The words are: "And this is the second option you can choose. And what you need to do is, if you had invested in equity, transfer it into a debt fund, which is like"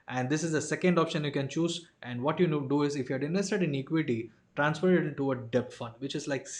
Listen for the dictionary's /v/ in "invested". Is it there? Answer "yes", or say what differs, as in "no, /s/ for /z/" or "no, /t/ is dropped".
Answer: no, /v/ is dropped